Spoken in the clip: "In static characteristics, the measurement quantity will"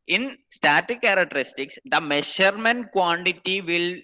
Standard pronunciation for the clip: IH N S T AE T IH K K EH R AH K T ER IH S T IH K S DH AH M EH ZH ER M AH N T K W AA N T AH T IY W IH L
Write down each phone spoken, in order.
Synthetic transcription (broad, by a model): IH N S T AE T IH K K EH R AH K T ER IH S T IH K S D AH M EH SH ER M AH N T K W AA N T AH T IY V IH L